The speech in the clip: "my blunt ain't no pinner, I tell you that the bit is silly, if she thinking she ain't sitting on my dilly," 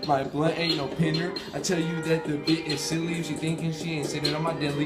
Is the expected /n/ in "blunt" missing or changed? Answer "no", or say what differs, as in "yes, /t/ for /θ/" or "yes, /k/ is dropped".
yes, /n/ is dropped